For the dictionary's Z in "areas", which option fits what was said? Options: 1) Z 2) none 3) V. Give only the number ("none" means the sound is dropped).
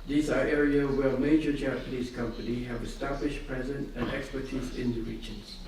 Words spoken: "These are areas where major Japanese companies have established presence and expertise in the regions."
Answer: 2